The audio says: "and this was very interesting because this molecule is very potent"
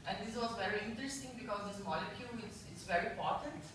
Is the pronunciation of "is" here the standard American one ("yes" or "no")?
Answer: no